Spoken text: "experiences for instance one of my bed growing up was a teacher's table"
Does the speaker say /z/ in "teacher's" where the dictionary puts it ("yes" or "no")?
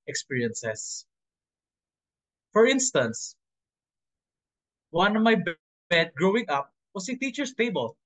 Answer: no